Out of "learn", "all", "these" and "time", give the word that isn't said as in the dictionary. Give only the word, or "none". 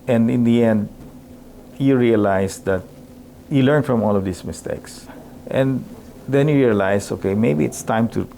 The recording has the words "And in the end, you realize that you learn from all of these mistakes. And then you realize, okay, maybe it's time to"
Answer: these